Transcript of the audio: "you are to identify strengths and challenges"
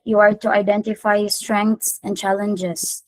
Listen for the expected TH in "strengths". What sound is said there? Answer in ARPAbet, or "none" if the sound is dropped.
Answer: T